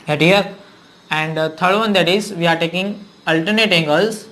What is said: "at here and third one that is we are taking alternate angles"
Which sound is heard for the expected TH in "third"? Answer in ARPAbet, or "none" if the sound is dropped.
T